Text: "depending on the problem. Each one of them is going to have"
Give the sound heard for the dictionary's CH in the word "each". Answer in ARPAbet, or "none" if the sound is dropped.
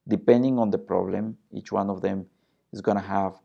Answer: CH